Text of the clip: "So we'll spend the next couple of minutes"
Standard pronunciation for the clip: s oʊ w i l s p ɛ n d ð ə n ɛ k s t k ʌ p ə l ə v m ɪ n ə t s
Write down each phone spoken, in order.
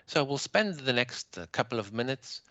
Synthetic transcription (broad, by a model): s oʊ w i l s p ɛ n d ð ə n ɛ k s t k ʌ p l ə v m ɪ n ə t s